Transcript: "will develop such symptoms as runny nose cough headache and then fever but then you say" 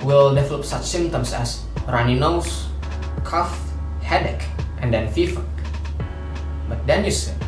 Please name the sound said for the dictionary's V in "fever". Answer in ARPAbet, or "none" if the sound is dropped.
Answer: F